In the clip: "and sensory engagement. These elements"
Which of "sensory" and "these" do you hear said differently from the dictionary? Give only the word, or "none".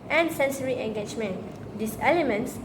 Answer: these